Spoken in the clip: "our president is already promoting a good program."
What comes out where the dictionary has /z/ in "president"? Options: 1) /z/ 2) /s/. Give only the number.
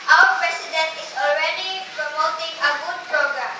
2